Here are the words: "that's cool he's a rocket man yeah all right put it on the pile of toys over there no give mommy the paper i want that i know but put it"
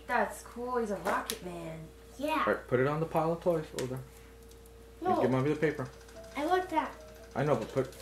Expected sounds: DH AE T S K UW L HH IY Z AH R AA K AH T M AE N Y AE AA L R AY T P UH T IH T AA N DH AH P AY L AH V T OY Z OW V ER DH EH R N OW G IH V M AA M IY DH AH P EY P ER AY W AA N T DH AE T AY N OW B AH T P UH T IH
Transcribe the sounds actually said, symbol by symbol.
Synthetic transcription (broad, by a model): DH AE T S K UW L HH IY Z AH R AA K AH T M AE N Y AE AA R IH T P UH T IH T N DH AH P AY L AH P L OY S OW UH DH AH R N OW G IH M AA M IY DH AH P EY P ER AY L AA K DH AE T AY N OW B AH T P UH T